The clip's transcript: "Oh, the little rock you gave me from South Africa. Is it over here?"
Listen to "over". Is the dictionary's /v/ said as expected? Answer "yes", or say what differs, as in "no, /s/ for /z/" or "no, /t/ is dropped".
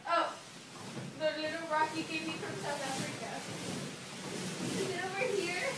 no, /w/ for /v/